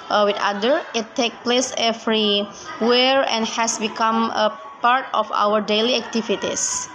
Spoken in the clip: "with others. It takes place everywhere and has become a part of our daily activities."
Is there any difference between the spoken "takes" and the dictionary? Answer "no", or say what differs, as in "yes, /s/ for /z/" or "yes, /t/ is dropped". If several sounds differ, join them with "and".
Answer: yes, /s/ is dropped